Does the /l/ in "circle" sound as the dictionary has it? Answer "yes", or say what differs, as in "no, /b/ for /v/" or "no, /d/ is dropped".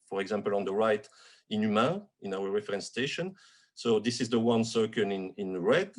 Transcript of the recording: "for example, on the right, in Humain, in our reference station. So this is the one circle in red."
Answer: no, /n/ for /l/